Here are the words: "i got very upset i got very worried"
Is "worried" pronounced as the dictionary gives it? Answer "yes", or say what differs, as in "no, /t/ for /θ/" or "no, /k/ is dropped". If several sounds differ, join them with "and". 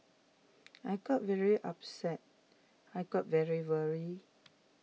no, /d/ is dropped